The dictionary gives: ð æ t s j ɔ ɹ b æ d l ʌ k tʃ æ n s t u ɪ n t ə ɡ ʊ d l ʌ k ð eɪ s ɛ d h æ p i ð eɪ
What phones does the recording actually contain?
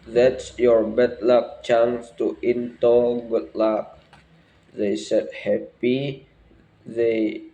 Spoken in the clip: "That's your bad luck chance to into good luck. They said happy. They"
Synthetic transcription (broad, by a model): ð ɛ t s j ɔ ɹ b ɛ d l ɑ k tʃ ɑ n s t u ɪ n t ə ɡ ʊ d l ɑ k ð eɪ s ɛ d h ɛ p i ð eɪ